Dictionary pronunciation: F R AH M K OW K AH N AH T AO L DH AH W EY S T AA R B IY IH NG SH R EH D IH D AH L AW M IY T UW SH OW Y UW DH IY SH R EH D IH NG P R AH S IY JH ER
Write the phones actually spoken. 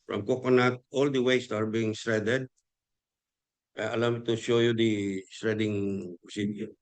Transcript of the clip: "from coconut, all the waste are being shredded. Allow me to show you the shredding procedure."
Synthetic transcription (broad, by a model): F R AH M K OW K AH N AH T AO L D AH W EY S T AA R B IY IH NG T R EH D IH D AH L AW M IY T UW SH OW Y UW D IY S R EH D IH NG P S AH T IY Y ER